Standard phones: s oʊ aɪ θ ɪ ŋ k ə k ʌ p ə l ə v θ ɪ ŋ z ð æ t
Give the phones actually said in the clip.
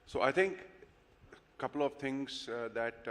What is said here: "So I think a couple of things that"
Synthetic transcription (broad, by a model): s oʊ aɪ t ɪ ŋ k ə k ʌ p ə l ə v t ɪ ŋ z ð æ t